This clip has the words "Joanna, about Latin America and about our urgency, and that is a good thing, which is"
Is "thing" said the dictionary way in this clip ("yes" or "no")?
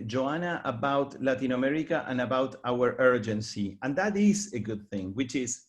yes